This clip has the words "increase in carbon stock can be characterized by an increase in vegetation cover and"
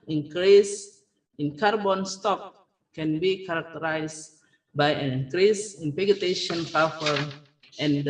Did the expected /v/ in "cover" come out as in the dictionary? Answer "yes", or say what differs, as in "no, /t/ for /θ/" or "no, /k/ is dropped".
no, /f/ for /v/